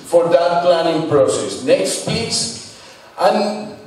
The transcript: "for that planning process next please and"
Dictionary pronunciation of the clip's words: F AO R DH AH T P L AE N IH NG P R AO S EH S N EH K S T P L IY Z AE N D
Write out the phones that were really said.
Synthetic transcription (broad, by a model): F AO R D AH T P L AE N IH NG P R AO S EH S N EH K S T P IY S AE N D